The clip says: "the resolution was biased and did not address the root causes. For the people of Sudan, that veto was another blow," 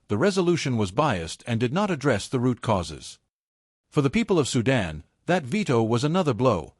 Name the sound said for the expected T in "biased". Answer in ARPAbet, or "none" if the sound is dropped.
T